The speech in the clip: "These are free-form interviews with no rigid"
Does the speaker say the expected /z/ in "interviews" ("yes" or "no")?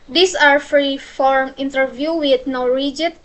no